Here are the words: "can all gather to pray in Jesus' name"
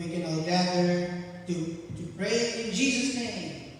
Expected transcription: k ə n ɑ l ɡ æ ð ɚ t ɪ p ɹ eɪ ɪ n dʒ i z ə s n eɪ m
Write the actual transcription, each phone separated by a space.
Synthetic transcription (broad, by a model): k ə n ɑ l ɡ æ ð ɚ t ɪ p ɹ eɪ ɪ n dʒ i z ə s n eɪ m